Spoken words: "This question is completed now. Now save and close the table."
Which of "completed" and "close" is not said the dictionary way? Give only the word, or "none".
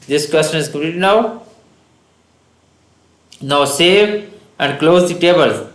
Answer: completed